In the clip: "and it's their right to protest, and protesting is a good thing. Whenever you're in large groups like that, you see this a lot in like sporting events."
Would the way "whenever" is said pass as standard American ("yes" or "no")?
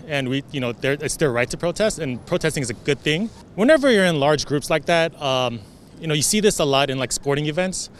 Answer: yes